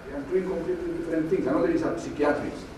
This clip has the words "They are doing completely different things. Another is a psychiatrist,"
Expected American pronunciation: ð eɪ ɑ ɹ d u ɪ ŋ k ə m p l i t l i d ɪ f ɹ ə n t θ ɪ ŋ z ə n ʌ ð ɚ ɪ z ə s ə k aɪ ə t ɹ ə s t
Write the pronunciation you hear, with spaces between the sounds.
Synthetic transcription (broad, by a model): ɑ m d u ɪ ŋ k ə m p l i t l i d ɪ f ɹ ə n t t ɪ ŋ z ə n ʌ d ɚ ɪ s ə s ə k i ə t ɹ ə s